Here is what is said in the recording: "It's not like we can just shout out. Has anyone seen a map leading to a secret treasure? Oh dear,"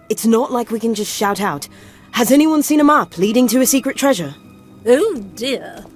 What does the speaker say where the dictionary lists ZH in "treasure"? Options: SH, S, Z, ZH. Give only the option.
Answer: ZH